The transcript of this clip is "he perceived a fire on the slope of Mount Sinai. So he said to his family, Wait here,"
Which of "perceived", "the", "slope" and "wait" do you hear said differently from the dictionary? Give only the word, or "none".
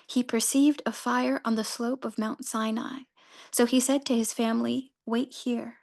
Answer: none